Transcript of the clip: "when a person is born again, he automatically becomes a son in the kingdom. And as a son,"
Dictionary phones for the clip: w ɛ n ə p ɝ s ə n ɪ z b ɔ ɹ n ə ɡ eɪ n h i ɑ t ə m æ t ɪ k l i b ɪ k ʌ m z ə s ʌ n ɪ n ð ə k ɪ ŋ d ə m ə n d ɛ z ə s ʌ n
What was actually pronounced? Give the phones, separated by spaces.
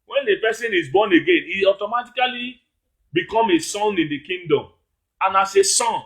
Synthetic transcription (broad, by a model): w ɛ n ə p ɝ s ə n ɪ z b ɔ n ə ɡ eɪ n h i ɑ t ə m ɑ t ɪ k l i b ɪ k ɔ m ə s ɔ n ɪ n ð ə k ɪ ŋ d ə m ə n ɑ s ə s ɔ n